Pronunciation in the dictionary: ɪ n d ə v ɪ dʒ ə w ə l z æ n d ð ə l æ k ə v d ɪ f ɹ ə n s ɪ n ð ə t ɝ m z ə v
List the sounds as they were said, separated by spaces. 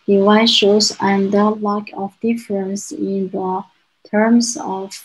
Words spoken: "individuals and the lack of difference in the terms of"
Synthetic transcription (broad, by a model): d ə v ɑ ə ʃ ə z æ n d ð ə l æ k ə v d ɪ f ɹ ə n s ɪ n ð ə t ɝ m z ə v